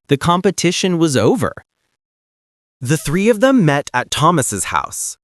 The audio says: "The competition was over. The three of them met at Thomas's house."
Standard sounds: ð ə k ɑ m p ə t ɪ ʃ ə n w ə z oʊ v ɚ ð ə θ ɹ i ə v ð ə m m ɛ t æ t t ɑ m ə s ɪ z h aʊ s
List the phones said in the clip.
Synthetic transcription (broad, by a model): ð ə k ɑ m p ə t ɪ ʃ ə n w ə z oʊ v ɚ ð ə θ ɹ i ə v ð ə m m ɛ t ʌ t t ɑ m ə s ɪ z h aʊ s